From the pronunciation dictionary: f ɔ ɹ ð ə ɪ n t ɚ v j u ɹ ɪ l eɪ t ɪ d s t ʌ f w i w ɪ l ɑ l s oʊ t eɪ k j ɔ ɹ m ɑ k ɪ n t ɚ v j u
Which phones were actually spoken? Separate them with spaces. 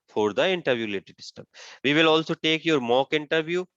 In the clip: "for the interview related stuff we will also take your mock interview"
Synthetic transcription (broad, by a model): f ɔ ɹ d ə ɪ n t ɚ v j u l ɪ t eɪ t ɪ s t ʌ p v i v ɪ l ɑ l s oʊ t eɪ k j ɔ ɹ m ɑ k ɪ n t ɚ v j u